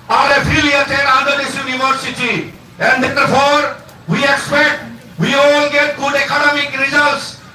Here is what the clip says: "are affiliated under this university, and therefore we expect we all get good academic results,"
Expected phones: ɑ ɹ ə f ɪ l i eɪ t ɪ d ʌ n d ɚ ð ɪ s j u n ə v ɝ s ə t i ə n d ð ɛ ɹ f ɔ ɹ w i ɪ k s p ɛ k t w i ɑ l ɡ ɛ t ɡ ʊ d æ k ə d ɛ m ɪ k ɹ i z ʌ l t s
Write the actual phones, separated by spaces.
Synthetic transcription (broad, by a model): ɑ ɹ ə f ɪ l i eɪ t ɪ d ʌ d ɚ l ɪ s j u n ə v ɝ s ə t i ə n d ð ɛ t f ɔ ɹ w i ɪ k s p ɛ k t w i ɑ l ɡ ɛ t ɡ ʊ d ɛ k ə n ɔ m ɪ k ɹ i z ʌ l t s